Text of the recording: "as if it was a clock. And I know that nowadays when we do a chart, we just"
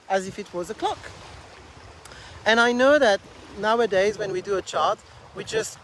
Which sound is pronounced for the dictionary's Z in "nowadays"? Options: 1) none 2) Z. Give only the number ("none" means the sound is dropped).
2